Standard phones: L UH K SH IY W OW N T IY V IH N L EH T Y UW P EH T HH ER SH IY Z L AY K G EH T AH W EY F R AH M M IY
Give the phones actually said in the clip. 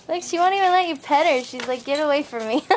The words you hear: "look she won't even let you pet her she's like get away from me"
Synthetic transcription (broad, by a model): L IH K SH IY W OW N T IY V IH N L EH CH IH P EH T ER SH IY Z L AY K G EH T AH W EY F R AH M M IY